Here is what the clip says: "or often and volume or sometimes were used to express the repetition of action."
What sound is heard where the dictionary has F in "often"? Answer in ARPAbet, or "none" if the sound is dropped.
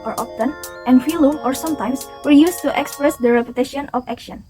P